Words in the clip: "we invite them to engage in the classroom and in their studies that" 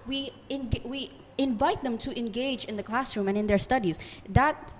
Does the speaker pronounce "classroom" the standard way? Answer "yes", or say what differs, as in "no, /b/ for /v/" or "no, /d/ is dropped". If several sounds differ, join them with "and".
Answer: yes